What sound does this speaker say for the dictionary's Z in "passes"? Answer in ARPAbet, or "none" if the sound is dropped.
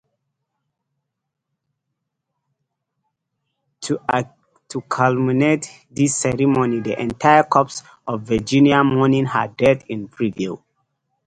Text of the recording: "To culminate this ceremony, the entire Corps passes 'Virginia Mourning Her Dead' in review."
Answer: none